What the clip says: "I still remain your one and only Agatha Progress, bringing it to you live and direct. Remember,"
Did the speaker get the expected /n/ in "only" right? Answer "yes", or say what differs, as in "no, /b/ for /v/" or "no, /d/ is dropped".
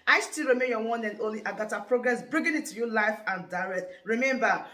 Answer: no, /n/ is dropped